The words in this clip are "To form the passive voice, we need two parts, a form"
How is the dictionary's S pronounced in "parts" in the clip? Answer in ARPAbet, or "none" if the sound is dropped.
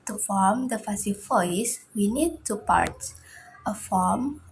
none